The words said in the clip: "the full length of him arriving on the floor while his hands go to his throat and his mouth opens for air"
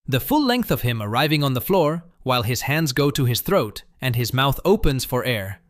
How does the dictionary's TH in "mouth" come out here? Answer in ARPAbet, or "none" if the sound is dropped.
TH